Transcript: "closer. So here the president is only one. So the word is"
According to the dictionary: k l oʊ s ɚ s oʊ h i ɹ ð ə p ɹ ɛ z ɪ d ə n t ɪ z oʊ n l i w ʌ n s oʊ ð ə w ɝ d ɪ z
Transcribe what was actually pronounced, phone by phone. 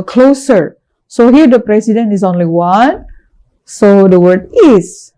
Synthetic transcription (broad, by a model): k l oʊ s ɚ s oʊ h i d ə p ɹ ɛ s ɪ d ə n ɪ s oʊ n l i w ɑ n s oʊ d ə w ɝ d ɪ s